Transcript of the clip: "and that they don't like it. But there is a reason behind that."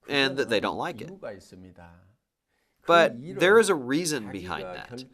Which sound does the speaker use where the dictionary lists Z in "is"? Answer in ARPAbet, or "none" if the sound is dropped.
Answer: Z